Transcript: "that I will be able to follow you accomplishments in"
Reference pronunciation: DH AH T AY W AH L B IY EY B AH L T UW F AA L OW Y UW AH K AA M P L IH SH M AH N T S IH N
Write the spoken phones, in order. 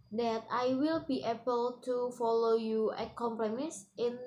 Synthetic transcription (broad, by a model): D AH T AY W AH L B IY EY B AH L T UW F AA L OW Y UW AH K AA M P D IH M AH S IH N